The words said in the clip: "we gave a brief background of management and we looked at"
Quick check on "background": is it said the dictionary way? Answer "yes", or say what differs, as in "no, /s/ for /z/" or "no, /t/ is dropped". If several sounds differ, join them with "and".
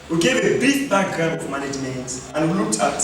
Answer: no, /n/ is dropped